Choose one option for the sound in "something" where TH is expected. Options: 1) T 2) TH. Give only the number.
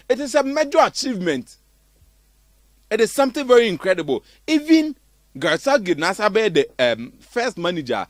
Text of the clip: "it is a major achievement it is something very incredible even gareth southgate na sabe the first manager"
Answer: 1